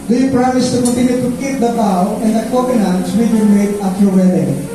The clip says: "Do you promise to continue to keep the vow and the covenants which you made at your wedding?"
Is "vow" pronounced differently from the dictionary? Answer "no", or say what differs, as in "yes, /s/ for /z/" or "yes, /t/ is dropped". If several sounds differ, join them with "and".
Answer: yes, /b/ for /v/